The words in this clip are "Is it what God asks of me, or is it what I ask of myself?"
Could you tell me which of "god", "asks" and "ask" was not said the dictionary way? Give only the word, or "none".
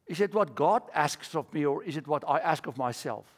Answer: none